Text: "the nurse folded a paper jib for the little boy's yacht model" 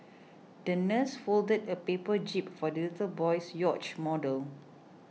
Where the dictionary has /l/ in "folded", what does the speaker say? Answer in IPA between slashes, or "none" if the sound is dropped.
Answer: /l/